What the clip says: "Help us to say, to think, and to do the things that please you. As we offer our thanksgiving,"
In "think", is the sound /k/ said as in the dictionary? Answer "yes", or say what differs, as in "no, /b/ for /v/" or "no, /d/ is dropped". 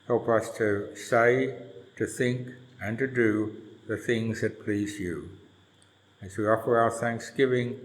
yes